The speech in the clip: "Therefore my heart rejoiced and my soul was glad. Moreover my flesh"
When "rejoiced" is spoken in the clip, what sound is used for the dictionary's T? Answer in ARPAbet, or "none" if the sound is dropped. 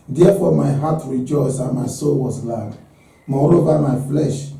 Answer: none